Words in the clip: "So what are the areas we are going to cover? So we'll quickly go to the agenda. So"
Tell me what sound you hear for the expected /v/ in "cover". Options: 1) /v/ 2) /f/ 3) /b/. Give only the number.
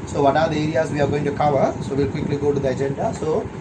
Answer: 1